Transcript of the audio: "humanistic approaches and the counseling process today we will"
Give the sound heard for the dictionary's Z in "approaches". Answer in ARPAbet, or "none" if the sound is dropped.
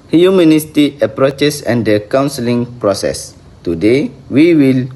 S